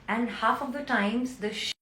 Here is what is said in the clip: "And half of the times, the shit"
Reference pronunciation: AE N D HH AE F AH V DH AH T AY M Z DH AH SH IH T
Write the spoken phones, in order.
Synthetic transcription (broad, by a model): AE N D HH AE F AH V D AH T AY M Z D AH SH